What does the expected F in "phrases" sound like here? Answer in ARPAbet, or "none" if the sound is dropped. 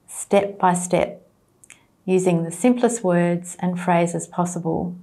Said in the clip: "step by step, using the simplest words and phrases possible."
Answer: F